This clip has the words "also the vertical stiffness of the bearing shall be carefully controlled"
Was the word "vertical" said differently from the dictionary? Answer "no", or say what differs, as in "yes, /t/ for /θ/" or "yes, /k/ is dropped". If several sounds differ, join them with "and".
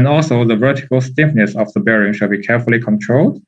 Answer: no